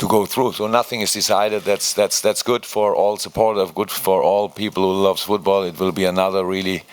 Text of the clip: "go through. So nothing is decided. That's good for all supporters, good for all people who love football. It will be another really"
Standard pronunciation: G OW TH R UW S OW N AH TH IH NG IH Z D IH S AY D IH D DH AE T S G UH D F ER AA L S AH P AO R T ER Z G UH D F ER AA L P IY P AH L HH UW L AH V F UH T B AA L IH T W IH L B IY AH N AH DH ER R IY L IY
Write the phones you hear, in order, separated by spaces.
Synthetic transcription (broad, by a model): G OW TH R UW S OW N AH TH IH NG IH Z D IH S AY D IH D DH AE T S G UH D F ER AA L S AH P AO R T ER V G UH D F ER AA L P IY P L HH UW L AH V F UH T B AA L IH T W IH L B IY AH N AH DH ER R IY L IY